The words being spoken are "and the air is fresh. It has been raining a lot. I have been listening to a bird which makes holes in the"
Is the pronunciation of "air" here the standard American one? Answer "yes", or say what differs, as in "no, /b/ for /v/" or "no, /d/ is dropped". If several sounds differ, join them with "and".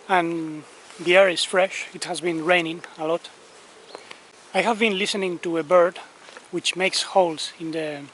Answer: yes